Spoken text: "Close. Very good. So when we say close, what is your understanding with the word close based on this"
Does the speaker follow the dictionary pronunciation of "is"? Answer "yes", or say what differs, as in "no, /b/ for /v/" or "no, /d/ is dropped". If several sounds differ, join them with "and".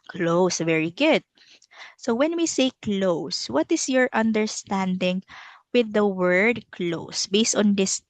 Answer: no, /s/ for /z/